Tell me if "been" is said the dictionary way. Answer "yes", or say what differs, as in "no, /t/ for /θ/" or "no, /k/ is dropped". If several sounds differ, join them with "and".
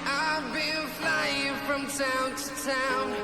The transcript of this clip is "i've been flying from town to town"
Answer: no, /l/ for /n/